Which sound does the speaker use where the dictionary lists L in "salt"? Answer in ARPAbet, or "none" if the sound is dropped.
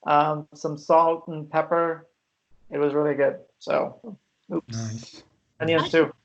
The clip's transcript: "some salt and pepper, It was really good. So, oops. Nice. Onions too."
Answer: L